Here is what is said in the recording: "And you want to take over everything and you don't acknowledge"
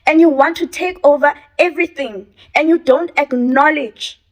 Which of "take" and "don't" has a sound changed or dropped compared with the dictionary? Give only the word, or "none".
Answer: none